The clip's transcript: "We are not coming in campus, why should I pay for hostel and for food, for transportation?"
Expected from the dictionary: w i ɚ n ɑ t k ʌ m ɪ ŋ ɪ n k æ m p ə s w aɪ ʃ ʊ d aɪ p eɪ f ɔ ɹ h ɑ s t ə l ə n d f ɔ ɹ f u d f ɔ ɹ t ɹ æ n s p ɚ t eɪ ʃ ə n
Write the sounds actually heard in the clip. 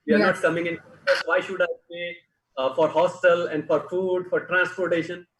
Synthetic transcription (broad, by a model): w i ɚ n ɑ t k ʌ m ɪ ŋ ɪ n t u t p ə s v aɪ ʃ ʊ d aɪ b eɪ f ɔ ɹ h ɑ s t ə l ə n d f ɔ ɹ f u d f ɔ ɹ t ɹ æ n s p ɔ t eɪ ʃ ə n